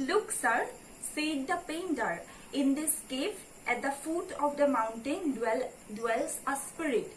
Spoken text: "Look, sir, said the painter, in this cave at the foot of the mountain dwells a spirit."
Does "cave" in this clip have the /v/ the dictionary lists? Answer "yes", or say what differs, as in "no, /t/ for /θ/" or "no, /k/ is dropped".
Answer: no, /p/ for /v/